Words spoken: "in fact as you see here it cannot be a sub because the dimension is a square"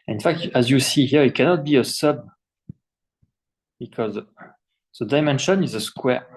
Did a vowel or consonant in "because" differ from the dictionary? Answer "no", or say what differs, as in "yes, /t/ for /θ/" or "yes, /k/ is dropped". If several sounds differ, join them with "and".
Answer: no